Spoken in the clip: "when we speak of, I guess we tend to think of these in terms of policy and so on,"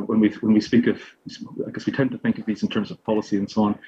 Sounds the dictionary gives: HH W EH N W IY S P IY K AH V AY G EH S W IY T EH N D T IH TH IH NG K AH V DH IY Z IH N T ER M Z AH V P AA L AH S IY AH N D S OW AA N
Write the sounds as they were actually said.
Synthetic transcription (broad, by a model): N W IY N W IY S P IY K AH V AY G EH S W IY T EH N T IH TH IH NG K AH V DH IY Z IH N T ER M Z AH V P AA L AH S IY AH N S OW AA N